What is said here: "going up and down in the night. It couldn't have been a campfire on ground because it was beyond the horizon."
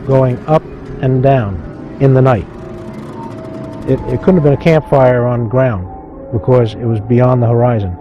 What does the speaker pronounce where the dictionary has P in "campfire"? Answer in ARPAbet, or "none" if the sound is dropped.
P